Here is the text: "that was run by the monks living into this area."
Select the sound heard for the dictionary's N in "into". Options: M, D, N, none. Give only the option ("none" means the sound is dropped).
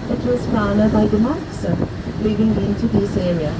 N